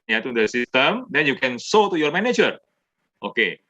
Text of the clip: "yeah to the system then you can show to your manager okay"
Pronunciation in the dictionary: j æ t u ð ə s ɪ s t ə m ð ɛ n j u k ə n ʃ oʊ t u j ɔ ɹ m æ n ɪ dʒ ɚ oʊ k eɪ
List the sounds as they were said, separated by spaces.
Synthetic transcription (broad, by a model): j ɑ t u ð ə s ɪ s t ə m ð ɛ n j u k ə n s oʊ t u j ɔ ɹ m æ n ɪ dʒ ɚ oʊ k eɪ